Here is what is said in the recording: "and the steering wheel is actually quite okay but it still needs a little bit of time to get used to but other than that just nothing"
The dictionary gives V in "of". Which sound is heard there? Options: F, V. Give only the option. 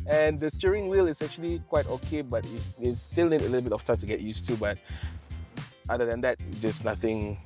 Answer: F